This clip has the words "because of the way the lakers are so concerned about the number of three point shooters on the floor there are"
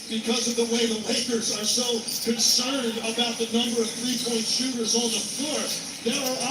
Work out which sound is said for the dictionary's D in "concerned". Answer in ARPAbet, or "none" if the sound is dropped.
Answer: D